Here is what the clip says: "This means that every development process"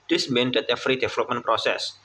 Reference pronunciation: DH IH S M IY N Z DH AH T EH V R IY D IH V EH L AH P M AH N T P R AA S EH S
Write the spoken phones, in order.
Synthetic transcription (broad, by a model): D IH S M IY N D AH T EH F R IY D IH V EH L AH P M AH N P R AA S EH S